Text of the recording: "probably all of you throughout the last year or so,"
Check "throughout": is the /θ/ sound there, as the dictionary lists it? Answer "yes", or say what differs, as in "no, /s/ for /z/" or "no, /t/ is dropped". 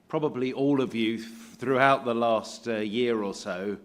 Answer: yes